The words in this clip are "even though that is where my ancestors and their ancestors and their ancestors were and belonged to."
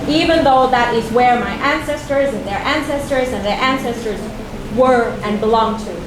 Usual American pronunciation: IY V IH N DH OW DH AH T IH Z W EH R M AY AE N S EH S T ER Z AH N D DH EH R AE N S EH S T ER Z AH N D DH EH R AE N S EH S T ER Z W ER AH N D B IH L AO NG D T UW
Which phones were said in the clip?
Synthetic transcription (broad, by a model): IY V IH N DH OW DH AH T IH Z W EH R M AY AE N S EH S T ER Z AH N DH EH R AE N S EH S T ER Z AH N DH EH R AE N S EH S T ER Z W ER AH N B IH L AO NG T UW